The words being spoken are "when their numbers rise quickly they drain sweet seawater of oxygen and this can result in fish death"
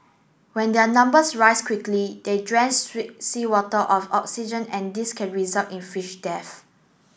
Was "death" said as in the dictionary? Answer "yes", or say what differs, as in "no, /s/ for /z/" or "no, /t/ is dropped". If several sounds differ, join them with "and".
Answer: no, /f/ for /θ/